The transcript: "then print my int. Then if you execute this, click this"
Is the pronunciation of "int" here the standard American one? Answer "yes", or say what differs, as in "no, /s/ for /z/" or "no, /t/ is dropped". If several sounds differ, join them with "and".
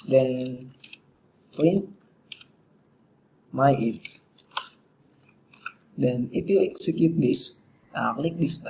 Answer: no, /n/ is dropped